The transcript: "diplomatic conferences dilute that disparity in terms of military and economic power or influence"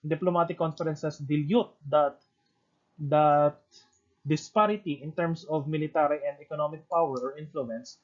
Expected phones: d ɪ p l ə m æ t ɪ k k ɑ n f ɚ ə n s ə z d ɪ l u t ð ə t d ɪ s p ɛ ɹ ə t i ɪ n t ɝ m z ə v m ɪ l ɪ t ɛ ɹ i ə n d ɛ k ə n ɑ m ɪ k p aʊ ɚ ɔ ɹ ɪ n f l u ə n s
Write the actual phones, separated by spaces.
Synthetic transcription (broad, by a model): d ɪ p l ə m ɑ t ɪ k k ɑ n f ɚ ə n s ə s d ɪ l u t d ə t d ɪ s p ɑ ɹ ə t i ɪ n t ɝ m s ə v m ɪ l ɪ t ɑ ɹ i ə n d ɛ k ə n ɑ m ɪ k p aʊ ɚ ɔ ɹ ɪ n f l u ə n s